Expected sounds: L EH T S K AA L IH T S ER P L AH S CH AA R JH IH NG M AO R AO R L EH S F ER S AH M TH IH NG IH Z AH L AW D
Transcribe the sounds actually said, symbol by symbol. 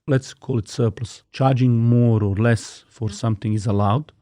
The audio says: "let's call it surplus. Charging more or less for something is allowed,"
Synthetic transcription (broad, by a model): L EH T S K AA L IH T S ER P L AH S CH AA R JH IH NG M AO R AO R L EH S F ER S AH M TH IH NG IH Z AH L AW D